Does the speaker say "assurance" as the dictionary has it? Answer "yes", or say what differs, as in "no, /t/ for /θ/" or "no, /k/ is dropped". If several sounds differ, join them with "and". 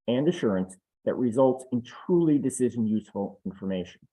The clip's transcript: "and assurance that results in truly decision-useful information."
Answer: yes